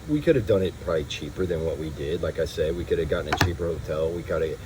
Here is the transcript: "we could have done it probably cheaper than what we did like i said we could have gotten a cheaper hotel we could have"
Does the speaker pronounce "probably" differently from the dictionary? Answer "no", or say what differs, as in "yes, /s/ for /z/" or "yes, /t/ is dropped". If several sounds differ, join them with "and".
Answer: yes, /l/ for /ɹ/